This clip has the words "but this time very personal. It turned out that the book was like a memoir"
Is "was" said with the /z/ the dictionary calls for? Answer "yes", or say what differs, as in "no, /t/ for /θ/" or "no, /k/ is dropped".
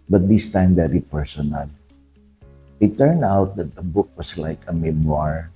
no, /s/ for /z/